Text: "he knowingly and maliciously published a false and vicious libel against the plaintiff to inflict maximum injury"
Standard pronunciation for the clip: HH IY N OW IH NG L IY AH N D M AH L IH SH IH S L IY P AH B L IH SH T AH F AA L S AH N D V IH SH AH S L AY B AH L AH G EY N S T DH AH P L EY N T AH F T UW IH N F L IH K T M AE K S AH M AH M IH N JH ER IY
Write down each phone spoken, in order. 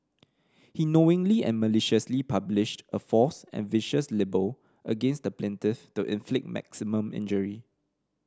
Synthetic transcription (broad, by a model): HH IY N OW IH NG L IY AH N M AH L IH SH IH S L IY P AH B L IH SH T AH F AA S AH N V IH SH AH S L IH B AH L AH G EY N S T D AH P L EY N T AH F T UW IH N F L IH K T M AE K S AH M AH M IH N JH ER IY